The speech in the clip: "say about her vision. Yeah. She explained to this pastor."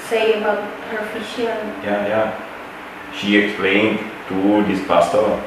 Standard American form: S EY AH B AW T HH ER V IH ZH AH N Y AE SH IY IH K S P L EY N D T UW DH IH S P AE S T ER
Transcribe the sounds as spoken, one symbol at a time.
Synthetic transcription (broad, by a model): S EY AH B AW T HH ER F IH SH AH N Y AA SH IY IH K S P L EY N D T UW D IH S P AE S T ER